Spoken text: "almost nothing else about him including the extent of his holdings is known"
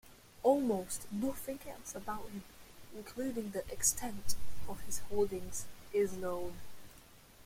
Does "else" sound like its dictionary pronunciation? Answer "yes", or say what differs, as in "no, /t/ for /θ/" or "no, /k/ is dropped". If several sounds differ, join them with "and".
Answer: no, /l/ is dropped